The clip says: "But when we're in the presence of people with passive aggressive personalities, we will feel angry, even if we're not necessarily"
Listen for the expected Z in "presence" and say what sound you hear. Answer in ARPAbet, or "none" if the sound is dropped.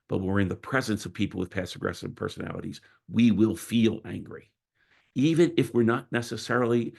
Z